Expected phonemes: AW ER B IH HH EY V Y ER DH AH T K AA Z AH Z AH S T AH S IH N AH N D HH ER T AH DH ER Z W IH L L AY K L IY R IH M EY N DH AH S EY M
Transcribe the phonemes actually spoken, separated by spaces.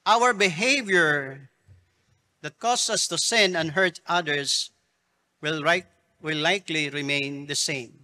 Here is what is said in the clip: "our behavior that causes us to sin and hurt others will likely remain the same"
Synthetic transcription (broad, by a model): AW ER B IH HH EY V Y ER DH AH T K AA S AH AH S T AH S IH N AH N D HH ER T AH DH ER S W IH W L AY K L IY R IH M EY N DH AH S EY M